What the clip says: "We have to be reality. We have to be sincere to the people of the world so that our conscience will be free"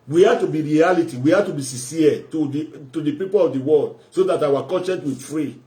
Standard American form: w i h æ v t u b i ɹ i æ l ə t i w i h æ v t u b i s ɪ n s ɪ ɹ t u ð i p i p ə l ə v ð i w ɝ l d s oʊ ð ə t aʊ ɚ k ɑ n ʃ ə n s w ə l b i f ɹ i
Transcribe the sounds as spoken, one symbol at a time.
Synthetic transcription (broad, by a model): w i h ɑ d t u b i ɹ i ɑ l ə t i w i h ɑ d t u b i s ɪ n s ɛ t t u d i p i p ə l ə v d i w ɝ l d s oʊ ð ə t aʊ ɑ k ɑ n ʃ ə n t w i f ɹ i